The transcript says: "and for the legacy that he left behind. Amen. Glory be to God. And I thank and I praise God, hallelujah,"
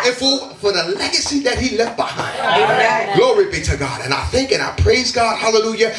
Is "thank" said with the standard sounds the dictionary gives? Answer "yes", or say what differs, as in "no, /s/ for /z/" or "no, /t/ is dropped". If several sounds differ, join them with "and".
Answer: yes